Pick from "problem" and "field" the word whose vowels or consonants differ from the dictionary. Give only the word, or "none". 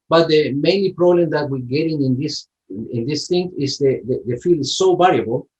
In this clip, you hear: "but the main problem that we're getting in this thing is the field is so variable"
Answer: field